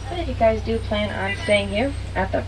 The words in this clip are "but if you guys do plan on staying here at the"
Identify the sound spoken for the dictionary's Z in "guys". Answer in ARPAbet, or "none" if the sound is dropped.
Z